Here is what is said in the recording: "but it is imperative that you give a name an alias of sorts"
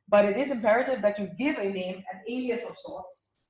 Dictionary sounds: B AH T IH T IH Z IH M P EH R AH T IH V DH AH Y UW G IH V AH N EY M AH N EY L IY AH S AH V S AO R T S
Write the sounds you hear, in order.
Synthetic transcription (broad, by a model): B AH T IH T IH Z IH M P EH R AH T IH V DH AH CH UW G IH V AH N EY M AH N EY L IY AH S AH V S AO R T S